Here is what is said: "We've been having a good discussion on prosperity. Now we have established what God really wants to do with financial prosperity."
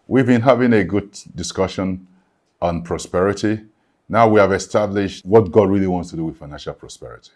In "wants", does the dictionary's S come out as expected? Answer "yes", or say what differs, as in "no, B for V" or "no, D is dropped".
yes